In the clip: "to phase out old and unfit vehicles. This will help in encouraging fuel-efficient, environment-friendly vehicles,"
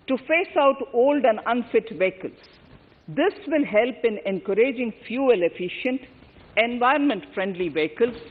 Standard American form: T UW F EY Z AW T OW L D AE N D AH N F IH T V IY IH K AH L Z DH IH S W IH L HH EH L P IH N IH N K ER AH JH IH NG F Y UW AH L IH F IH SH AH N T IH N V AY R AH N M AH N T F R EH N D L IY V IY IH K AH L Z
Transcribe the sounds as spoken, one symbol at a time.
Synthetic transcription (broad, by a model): T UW F EY S AW T OW L D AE N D AH N F IH T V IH K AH L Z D IH S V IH L HH EH L P IH N IH N K ER AH JH IH NG F Y UW AH L IH F IH SH AH N T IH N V AY AH N M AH N T F R EH N D L IY V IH K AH L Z